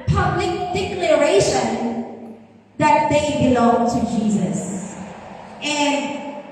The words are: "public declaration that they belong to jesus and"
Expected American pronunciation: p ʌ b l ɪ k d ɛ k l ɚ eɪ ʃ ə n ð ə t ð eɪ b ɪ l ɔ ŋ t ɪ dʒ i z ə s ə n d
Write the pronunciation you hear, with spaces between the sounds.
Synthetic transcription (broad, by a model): p ʌ b l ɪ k d ɛ k l ɚ eɪ ʃ ə n ð ə t ð eɪ b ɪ l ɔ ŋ t ɪ dʒ i z ə s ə n